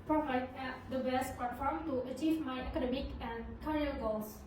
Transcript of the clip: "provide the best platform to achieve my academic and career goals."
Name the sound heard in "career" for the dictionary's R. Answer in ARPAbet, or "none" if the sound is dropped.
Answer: L